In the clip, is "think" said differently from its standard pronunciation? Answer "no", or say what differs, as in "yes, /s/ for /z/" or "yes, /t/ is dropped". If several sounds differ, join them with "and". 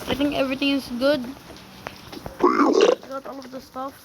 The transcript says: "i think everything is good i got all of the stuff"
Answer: yes, /t/ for /θ/ and /k/ is dropped